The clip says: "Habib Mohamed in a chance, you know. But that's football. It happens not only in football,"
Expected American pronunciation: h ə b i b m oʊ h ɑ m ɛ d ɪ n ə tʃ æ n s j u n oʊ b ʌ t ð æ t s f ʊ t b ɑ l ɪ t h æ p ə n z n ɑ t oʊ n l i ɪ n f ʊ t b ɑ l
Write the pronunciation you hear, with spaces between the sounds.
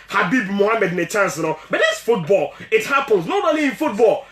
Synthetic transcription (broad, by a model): h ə b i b m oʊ h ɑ m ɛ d ɪ n ə tʃ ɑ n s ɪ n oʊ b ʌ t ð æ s f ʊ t b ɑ l ɪ t h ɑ p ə n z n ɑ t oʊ l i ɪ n f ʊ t b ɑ l